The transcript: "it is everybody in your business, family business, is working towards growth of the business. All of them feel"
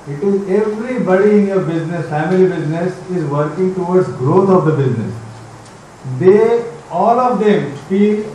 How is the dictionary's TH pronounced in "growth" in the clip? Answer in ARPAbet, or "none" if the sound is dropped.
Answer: T